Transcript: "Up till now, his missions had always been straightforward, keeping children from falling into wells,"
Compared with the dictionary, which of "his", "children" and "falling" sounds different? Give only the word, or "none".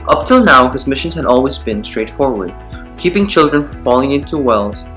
none